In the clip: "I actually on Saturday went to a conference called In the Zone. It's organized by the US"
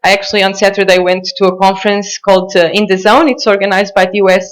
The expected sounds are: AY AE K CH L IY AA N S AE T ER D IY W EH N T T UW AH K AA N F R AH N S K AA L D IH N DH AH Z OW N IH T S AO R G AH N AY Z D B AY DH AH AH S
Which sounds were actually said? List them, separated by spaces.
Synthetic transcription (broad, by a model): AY AE K CH L IY AA N S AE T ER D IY W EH N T T UW AH K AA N F R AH N S K AA L D IH N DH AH Z OW N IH T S AO R G AH N AY Z D B AY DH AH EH S